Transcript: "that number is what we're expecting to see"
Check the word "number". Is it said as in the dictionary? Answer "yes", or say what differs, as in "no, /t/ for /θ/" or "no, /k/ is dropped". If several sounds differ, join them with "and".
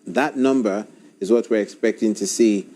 yes